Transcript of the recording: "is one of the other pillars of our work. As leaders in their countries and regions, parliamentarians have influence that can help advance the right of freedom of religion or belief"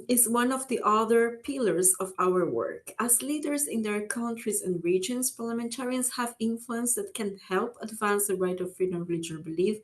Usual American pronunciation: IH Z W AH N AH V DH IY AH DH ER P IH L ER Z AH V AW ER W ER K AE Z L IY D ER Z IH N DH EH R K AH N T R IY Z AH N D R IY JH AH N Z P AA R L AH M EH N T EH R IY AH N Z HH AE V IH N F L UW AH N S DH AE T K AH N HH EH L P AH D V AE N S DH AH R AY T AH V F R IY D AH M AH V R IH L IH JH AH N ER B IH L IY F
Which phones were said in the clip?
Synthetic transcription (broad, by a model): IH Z W AH N AH V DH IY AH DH ER P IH L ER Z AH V AW ER W ER K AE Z L IY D ER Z IH N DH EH R K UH N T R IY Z AH N D R IY JH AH N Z P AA R L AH M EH N T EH R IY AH N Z HH AE V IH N F L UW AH N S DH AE T K AH N HH EH L P AH D V AE N S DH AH R AY T AH V F R IY D AH M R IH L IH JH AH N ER B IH L IY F